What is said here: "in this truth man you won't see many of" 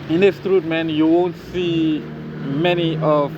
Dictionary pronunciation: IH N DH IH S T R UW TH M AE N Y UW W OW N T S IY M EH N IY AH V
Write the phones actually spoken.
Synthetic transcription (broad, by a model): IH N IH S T R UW T M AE N Y UW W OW N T S IY M EH N IY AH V